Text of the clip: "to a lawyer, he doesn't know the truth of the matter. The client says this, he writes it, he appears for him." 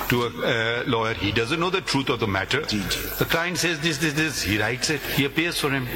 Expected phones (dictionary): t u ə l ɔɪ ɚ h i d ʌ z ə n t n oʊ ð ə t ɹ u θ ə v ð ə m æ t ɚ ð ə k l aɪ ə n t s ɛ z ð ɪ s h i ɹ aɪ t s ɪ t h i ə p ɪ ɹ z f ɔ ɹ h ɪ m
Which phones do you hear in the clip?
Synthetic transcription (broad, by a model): t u ə l ɔɪ ɚ h i d ʌ z ə n t n oʊ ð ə t ɹ u t ə v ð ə m æ t ɚ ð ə k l aɪ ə n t s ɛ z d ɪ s h i ɹ aɪ t s ɪ t h i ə p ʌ ɹ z f ɔ ɹ h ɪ m